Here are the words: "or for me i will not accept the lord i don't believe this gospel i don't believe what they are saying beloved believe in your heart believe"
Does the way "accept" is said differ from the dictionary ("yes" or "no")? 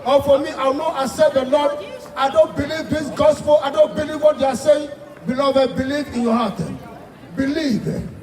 yes